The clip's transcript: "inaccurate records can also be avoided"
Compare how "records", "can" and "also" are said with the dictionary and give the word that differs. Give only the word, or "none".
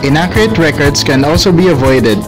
records